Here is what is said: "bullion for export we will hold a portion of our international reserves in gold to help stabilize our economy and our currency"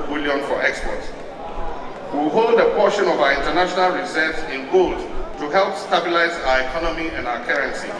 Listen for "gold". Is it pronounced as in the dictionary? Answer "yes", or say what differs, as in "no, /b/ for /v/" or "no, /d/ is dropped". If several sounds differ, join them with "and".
yes